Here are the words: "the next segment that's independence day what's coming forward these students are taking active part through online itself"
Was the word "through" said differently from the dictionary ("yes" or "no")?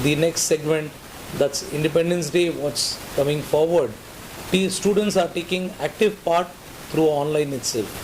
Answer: yes